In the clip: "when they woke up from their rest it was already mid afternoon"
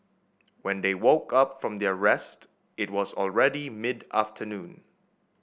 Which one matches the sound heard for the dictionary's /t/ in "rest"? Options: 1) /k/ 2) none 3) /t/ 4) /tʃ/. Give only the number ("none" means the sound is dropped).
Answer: 3